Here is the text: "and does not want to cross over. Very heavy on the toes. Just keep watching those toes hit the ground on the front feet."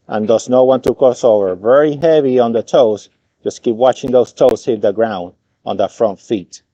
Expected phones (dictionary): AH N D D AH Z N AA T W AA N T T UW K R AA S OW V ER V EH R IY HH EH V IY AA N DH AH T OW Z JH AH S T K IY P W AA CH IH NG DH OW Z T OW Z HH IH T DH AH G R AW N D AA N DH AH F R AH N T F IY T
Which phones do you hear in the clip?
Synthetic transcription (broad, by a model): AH N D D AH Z N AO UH W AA N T T UW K AA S OW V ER V EH R IY HH EH V IY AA N DH AH T OW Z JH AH S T K IY P W AA CH IH NG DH OW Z T OW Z HH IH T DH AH G R AW N D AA N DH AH F R AH N T F IY T